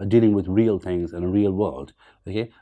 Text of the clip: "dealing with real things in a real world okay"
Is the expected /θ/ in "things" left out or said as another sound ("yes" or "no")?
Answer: no